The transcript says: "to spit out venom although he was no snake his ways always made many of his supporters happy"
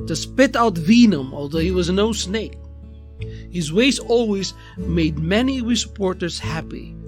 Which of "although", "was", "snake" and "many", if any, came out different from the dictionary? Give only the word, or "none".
none